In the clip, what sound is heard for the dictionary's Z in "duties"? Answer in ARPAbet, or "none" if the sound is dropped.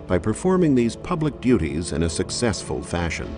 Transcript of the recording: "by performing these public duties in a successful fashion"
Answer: Z